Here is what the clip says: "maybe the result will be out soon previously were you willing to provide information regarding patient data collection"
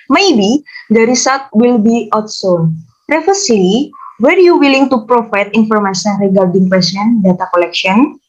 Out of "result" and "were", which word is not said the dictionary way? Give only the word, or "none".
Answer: result